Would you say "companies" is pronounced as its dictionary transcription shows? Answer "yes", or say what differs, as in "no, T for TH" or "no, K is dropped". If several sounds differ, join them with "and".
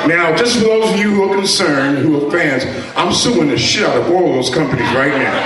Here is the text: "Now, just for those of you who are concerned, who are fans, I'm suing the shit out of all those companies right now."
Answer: yes